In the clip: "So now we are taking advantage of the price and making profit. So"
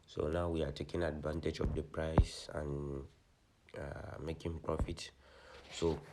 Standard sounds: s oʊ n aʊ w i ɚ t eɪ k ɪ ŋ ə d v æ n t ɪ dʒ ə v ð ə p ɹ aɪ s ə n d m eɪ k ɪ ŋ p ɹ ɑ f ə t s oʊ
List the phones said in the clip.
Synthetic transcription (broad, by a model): s oʊ n aʊ w i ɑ t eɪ k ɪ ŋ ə d v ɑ n t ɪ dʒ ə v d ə p ɹ aɪ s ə n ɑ m eɪ k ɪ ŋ p ɹ ɑ f ə t s oʊ